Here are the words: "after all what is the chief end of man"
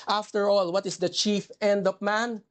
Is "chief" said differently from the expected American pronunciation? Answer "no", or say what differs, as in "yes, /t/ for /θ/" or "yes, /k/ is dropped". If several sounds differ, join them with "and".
no